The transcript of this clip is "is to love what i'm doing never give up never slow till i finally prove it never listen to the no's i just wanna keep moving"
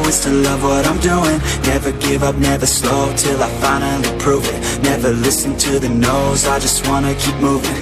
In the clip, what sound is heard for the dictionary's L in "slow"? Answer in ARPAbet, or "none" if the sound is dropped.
L